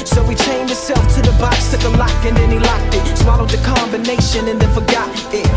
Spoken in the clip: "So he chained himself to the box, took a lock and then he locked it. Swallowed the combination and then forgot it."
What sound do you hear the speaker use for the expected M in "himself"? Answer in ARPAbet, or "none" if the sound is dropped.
none